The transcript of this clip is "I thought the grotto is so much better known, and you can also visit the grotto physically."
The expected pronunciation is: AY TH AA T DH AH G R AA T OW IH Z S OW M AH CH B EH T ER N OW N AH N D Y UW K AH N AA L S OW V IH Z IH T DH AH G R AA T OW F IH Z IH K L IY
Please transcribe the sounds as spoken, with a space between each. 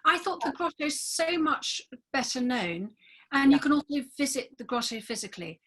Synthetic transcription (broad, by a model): AY TH AA T DH AH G R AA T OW IH Z S OW M AH CH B EH T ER N OW N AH N Y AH K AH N AA L S OW V IH Z IH T DH AH G R AA T OW F IH Z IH K L IY